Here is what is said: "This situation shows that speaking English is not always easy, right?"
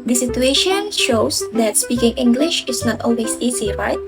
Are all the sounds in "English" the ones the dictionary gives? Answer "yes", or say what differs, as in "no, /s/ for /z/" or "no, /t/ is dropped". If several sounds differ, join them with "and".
yes